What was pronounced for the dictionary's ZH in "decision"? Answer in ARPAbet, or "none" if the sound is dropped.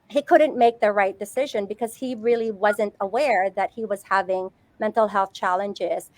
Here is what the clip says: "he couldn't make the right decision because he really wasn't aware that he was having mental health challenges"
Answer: ZH